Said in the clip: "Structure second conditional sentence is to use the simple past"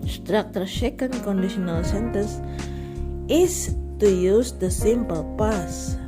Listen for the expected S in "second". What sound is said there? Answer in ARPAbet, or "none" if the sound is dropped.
SH